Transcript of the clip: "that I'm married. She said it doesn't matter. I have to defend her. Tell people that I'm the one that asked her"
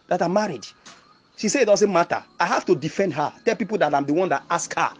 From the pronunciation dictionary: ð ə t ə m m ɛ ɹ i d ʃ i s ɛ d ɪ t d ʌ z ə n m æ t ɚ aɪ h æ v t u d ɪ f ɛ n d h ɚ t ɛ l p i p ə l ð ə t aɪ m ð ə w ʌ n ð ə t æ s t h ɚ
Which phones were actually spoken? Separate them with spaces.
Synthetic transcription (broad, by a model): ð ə t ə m m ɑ ɹ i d ʃ i s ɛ ɪ t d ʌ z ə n m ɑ t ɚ aɪ h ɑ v t u d ɪ f ɛ n d h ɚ t ɛ l p i p ə l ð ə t aɪ m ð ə w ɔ n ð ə t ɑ s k h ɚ